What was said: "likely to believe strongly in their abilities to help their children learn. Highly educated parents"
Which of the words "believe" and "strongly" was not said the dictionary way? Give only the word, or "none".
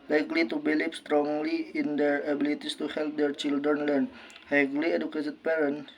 believe